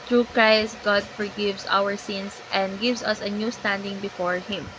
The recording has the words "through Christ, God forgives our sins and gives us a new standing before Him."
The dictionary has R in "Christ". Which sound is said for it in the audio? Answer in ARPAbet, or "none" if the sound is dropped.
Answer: R